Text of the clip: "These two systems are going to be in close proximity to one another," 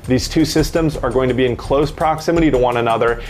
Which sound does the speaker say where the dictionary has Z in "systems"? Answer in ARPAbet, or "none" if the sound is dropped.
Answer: Z